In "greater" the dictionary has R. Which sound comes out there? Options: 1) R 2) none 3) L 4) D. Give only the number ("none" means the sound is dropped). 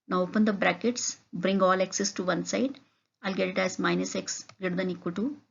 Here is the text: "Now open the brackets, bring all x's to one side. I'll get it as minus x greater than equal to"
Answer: 2